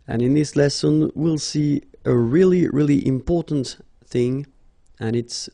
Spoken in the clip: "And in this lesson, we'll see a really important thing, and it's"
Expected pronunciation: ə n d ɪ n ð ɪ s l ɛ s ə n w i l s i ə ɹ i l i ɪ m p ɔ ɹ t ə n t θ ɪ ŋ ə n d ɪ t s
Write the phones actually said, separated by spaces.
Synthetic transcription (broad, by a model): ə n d ɪ n ð ɪ s l ɛ s ə n w i l s i ə ɹ i l i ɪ m p ɔ ɹ t n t θ ɪ ŋ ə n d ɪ t s